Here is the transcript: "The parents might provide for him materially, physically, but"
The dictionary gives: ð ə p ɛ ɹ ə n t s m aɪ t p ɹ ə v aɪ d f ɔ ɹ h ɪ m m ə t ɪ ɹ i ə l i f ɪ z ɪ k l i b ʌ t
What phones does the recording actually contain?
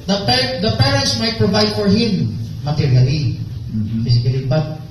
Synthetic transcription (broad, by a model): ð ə p ɛ ɹ ə n t s m aɪ t p ɹ ə v aɪ d f ɔ ɹ h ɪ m m ə t ɪ ɹ i ə l i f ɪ s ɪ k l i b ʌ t